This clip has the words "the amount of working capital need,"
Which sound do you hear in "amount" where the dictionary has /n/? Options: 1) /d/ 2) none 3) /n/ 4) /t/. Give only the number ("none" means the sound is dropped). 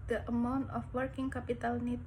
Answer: 3